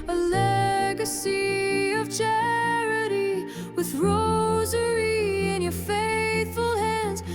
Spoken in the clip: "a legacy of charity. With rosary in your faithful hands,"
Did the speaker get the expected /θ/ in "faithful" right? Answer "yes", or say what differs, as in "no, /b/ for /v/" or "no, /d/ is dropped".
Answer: yes